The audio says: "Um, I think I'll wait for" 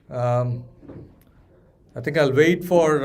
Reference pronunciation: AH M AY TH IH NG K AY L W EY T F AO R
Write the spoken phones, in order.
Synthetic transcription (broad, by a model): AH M AY T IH NG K AY L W EY T F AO R